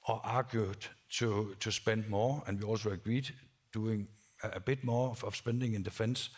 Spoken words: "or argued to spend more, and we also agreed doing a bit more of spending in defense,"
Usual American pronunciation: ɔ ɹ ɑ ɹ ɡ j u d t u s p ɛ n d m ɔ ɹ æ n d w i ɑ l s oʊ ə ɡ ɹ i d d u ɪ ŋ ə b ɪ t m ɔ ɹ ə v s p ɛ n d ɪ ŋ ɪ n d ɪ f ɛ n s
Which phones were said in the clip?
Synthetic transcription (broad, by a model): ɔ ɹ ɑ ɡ j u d s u s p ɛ n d m ɔ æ n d w i ɑ l s oʊ ə ɡ ɹ i d d u ɪ ŋ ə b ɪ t m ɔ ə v s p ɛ n d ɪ ŋ ɪ n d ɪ f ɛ n s